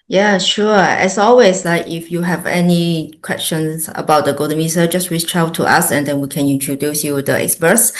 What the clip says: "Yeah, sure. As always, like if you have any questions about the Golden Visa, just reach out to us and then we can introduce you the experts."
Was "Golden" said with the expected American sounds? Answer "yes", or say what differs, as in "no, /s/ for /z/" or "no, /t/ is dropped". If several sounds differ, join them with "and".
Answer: no, /l/ is dropped